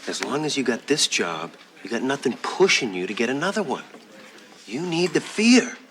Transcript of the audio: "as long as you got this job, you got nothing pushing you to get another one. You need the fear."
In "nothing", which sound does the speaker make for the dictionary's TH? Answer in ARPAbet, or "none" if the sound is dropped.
TH